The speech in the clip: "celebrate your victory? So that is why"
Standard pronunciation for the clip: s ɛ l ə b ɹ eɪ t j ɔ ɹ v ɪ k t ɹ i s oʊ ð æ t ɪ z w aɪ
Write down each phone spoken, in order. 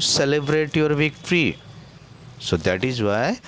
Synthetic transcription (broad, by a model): s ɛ l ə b ɹ eɪ t j ɔ ɹ v ɪ k t ɹ i s oʊ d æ t ɪ z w aɪ